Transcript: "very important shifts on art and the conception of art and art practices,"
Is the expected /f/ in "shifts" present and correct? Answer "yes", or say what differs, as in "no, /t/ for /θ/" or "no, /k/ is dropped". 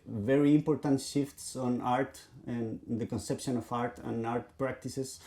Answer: yes